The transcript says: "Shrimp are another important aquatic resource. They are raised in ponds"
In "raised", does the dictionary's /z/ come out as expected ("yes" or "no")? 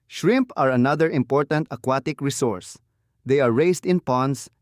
no